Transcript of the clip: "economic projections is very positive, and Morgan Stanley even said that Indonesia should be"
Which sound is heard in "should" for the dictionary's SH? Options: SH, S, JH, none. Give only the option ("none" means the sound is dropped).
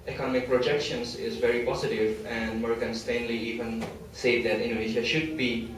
SH